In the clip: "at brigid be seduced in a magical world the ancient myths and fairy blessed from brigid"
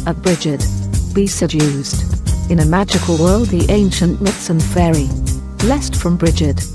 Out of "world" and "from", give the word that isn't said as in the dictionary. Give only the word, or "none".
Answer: none